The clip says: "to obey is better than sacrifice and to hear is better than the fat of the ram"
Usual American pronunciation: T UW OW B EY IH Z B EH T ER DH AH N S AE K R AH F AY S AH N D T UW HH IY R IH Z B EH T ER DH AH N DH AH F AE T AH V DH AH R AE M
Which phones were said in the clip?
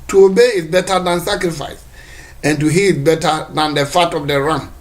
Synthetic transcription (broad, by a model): T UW OW B EY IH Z B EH T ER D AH N S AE K R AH F AY S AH N T UW HH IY L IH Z B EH T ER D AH N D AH F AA T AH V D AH R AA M